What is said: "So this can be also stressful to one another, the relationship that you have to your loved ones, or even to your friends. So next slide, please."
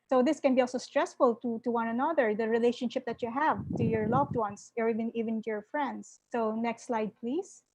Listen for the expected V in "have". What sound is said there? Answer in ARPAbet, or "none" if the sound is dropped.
V